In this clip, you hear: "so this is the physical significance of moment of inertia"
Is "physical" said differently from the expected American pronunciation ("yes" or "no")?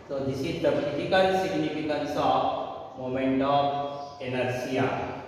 yes